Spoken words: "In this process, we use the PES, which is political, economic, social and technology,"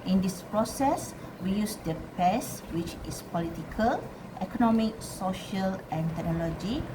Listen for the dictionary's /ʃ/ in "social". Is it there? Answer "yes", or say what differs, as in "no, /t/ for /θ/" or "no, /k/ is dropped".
yes